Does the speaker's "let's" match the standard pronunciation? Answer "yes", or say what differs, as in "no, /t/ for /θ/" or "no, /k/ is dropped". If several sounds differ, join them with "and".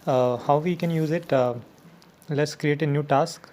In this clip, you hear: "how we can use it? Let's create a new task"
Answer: yes